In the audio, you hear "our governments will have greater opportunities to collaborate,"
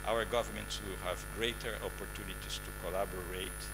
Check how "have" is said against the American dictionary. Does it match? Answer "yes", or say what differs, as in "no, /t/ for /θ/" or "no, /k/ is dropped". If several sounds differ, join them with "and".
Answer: yes